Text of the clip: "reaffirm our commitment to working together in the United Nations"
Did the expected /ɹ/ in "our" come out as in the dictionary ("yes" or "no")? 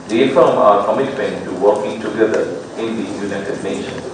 yes